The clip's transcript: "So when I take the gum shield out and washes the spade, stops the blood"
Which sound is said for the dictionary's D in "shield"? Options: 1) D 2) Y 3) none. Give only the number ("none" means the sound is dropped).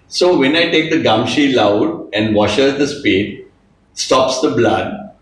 3